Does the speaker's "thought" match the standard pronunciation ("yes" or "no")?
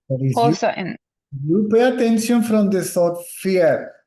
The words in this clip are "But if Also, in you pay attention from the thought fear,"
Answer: no